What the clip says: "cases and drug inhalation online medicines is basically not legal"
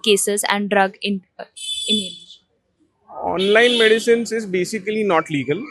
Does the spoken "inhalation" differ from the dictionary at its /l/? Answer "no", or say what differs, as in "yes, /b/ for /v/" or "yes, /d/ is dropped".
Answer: yes, /n/ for /l/